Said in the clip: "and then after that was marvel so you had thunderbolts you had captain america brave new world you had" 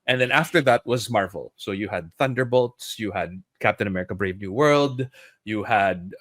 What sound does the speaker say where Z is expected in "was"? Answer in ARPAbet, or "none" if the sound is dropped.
Z